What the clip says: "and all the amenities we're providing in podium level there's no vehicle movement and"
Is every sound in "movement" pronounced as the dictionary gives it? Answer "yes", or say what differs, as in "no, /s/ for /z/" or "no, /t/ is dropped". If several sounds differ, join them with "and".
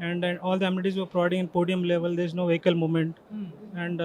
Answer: no, /v/ is dropped